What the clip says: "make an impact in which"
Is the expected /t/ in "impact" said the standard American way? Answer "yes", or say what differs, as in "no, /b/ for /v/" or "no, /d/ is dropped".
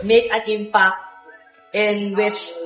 no, /t/ is dropped